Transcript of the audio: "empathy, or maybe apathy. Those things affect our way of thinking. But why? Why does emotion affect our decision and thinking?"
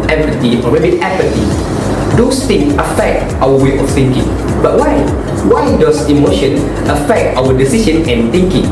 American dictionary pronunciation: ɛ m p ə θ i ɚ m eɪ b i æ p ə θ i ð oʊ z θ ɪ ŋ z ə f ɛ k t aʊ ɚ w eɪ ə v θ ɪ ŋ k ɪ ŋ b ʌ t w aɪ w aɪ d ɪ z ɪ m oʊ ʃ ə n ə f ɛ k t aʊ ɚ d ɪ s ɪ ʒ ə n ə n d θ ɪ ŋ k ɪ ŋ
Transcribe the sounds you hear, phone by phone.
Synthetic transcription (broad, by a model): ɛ m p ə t i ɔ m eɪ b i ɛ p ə t i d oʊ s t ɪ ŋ ə f ɛ k t aʊ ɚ w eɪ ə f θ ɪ ŋ k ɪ ŋ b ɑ t w aɪ w aɪ d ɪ s ɪ m oʊ ʃ ə n ə f ɛ k t aʊ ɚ d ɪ s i ʃ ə n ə n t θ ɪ ŋ k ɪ ŋ